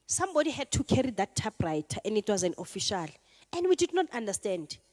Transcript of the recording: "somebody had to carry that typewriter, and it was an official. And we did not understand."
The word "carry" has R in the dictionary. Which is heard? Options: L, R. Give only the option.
R